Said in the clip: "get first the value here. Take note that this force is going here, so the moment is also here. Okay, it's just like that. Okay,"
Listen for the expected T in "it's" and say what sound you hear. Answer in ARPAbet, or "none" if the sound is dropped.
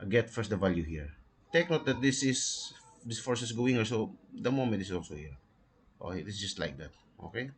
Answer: S